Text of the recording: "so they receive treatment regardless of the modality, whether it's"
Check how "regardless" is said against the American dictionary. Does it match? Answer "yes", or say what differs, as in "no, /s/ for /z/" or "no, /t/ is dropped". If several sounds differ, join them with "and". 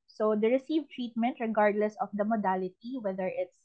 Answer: yes